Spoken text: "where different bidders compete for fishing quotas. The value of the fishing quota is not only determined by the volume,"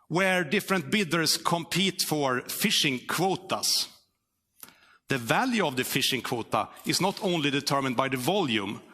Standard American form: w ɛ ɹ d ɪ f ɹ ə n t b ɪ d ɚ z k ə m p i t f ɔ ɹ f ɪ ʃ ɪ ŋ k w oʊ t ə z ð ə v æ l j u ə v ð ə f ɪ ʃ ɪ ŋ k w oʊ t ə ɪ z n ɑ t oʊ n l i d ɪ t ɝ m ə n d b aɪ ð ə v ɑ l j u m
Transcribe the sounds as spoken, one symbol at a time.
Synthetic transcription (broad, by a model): w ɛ ɹ d ɪ f ɹ ə n t b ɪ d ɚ s k ə m p i t f ɔ ɹ f ɪ ʃ ɪ ŋ k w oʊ t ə s ð ə v æ l j u ə v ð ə f ɪ ʃ ɪ ŋ k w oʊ t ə ɪ s n ɑ t oʊ n l i d ɪ t ɝ m ə n d b aɪ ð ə v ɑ l j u m